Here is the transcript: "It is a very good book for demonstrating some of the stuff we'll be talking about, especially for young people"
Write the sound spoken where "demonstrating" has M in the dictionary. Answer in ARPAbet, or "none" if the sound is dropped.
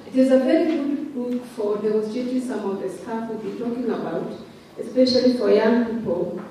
none